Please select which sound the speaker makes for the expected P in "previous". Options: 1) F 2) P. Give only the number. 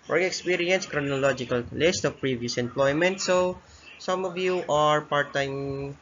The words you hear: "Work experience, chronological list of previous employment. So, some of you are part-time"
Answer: 2